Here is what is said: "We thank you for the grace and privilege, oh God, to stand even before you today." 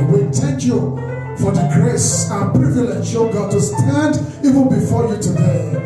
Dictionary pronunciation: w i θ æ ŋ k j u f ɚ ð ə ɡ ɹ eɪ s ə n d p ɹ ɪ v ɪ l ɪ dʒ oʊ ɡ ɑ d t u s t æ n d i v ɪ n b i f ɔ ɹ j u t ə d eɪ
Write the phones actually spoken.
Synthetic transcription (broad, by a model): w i t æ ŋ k j u f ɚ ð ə ɡ ɹ eɪ s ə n p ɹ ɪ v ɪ l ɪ ʃ oʊ ɡ ɑ d t u s t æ n d i v ɪ n b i f ɔ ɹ j u t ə d eɪ